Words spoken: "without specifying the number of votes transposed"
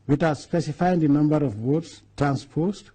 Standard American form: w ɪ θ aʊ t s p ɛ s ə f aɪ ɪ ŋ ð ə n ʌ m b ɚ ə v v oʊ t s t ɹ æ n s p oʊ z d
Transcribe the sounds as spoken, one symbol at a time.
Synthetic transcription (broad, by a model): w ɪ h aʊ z s p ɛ s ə f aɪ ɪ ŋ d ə n ʌ m b ɚ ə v w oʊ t s t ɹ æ n s p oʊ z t